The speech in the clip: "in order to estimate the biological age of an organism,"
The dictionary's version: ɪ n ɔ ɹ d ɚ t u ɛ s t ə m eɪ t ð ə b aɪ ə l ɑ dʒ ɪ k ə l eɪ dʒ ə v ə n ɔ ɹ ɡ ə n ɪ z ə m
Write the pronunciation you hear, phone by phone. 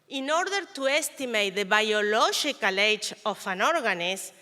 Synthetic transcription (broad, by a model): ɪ n ɔ ɹ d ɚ t u ɛ s t ə m eɪ t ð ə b aɪ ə l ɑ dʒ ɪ k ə l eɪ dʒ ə f ə n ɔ ɹ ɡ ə n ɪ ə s